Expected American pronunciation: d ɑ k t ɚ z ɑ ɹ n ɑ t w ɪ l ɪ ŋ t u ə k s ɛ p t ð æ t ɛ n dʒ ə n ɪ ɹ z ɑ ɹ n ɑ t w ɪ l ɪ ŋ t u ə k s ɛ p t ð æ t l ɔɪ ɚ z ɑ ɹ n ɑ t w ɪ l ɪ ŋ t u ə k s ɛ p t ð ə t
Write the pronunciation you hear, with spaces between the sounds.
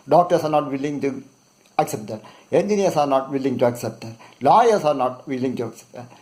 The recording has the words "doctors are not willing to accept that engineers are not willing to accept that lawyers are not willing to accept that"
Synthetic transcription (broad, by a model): d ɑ k t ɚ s ɑ ɹ n ɑ t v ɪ l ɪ ŋ t u ə k s ɛ p t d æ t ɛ n dʒ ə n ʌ ɹ s ɑ ɹ n ɑ t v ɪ l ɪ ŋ t u ə k s ɛ p t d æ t l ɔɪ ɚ s ɑ ɹ n ɑ t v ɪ l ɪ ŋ t u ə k s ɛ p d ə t